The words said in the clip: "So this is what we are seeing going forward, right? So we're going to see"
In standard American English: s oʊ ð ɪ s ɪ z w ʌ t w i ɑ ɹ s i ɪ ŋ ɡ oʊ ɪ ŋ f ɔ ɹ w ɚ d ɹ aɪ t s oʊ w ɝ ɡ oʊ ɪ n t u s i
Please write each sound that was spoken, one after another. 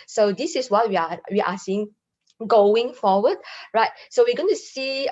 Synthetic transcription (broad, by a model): s oʊ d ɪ s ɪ s w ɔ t w i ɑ w s i ɪ ŋ ɡ oʊ ɪ ŋ f ɔ w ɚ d ɹ aɪ t s oʊ w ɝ ɡ oʊ ɪ n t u s i